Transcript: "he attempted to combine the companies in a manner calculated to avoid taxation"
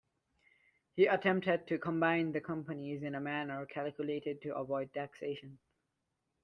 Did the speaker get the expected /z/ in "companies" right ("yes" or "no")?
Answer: yes